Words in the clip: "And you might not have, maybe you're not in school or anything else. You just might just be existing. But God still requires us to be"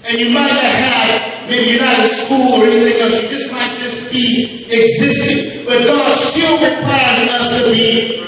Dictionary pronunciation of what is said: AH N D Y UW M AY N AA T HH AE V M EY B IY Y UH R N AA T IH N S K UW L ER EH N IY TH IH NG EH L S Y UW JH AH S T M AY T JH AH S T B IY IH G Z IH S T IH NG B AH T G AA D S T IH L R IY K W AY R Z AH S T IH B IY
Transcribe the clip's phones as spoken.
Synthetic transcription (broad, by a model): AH N Y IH M AY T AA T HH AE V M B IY Y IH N AA T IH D S K UW L ER EH N IY TH IH NG EH L S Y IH JH AH S T M AY T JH AH S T B IY IH G Z IH S T IH NG B AH T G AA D S T IH L W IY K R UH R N AH S T IH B IY